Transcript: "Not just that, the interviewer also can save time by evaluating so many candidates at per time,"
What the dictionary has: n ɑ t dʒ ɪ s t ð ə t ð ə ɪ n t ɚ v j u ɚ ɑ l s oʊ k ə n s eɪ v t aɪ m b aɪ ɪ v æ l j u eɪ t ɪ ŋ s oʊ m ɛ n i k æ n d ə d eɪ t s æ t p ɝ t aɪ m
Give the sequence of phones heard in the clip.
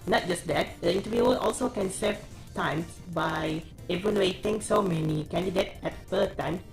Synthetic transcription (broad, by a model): n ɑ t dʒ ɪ s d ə t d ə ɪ n t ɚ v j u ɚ ɑ l s oʊ k ə n s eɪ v t aɪ m b aɪ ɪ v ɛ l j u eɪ t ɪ ŋ s oʊ m ɛ n i k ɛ n d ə d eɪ t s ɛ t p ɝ t aɪ m